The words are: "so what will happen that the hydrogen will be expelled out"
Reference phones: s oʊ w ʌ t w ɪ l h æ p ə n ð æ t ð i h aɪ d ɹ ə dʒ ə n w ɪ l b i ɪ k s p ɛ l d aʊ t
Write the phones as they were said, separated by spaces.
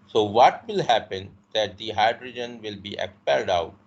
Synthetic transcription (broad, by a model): s oʊ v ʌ t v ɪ l h æ p ə n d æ t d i h aɪ d ɹ ə dʒ ə n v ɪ l b i ɪ k s p ɛ l d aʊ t